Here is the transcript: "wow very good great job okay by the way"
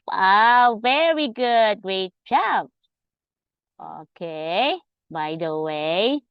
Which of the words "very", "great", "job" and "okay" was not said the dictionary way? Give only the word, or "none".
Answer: job